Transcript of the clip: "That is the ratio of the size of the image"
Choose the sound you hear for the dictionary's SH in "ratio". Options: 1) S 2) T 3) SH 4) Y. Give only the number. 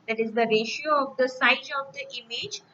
3